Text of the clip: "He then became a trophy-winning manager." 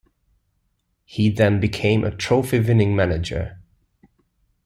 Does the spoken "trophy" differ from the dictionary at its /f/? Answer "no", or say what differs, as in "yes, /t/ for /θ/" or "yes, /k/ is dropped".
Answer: no